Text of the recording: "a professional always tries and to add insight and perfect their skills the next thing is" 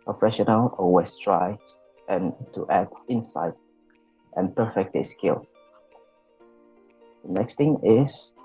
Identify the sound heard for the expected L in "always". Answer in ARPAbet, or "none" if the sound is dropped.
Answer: none